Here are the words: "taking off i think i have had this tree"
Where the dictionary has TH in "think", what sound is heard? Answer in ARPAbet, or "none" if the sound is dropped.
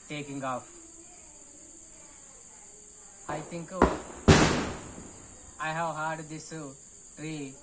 T